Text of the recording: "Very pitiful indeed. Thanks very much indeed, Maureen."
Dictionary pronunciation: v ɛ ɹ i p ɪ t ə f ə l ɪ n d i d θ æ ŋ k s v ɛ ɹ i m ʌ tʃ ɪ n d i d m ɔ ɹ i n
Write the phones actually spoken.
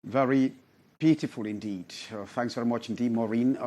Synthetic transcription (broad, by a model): v ɛ ɹ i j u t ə f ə l ɪ n d i d θ æ ŋ k s v ɛ ɹ i m ʌ tʃ ɪ n d i d m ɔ ɹ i n